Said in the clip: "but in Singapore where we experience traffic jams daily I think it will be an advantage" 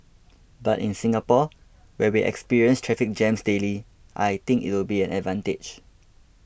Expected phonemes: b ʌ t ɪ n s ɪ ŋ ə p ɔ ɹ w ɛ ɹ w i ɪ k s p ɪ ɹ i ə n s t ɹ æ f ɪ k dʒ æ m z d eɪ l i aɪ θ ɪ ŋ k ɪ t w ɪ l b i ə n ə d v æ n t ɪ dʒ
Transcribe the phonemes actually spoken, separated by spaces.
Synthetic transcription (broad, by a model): b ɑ t ɪ n s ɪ ŋ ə p ɔ w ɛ w i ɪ k s p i ɹ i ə n s t ɹ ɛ f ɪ k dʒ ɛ m s d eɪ l i aɪ t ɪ ŋ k ɪ t w ɪ l b i ə n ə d v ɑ n t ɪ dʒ